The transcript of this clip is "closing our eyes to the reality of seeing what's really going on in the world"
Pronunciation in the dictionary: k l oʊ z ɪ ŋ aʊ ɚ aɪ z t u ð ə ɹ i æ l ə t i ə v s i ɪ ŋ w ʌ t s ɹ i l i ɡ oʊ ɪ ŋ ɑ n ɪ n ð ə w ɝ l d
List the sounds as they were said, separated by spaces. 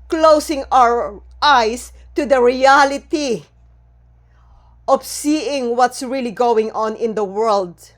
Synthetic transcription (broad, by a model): k l oʊ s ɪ ŋ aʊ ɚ aɪ s t u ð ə ɹ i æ l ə t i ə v s i ɪ ŋ w ʌ t s ɹ i l i ɡ oʊ ɪ ŋ ɑ n ɪ n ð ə w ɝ l d